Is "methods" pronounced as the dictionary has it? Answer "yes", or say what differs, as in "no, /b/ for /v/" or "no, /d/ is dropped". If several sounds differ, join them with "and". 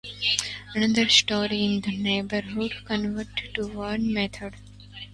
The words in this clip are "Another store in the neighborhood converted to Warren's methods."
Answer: no, /t/ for /θ/ and /z/ is dropped